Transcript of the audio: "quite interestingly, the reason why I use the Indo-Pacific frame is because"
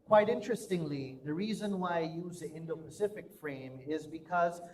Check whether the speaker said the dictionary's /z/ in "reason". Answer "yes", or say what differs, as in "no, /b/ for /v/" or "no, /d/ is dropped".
yes